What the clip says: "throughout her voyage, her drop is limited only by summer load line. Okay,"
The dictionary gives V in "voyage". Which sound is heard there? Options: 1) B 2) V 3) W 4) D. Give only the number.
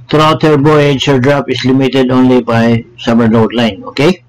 1